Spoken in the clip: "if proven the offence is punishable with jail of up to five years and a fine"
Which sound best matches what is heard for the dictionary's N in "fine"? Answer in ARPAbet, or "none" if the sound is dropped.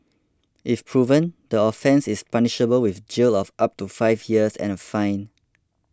N